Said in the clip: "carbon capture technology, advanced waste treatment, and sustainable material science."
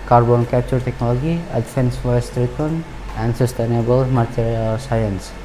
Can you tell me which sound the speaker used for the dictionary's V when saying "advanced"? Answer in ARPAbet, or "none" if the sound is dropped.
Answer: F